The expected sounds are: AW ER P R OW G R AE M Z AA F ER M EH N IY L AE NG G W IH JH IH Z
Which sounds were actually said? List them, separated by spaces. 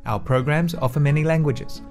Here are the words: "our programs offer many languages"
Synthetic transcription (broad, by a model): AW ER P R OW G R AE M Z AA F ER M EH N IY L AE NG G W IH JH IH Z